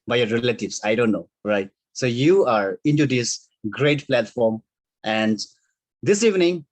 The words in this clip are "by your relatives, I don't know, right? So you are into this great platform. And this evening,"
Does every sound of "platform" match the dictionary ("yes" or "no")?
yes